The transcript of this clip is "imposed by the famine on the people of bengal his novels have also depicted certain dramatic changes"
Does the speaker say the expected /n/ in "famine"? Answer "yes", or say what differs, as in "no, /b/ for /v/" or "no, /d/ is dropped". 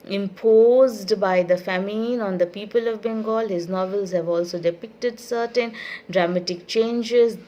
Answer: yes